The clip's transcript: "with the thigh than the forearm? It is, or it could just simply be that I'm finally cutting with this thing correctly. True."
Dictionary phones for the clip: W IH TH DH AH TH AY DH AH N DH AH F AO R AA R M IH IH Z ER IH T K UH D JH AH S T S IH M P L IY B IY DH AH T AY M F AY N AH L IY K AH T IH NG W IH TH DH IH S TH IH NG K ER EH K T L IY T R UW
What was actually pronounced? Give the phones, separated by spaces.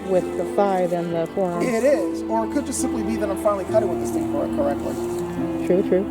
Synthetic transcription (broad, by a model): W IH DH AH F AY DH AH N DH AH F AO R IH R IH IH Z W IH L K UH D JH AH S T S IH M P L IY B IY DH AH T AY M F AY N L IY K AH T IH W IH DH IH S F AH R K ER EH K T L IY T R UW